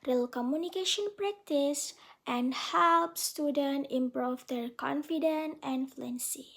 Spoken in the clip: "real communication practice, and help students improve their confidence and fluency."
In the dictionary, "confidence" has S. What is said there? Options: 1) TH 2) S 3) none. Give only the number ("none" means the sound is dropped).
3